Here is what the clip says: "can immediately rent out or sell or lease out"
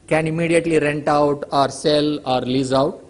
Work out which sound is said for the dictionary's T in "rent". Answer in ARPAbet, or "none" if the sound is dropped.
T